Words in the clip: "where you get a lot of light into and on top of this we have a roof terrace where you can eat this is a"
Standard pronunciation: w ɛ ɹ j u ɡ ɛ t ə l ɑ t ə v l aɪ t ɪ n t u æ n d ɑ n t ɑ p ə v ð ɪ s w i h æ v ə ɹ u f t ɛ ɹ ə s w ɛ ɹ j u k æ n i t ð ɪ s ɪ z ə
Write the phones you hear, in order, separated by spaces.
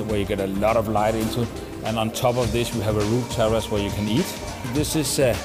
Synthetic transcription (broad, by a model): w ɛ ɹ j u ɡ ɛ t ə l ɑ t ə v l aɪ t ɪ n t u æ n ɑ n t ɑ b ə v ð ɪ s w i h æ v ə ɹ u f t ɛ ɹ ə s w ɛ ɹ j u k æ n i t ð ɪ s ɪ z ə